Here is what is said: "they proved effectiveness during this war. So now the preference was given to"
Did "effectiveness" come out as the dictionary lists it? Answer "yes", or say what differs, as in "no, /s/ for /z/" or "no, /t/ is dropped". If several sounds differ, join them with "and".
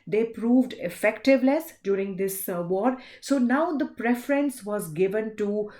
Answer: no, /l/ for /n/